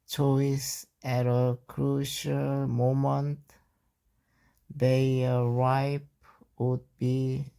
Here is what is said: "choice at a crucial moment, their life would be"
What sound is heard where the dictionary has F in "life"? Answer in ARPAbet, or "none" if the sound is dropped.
P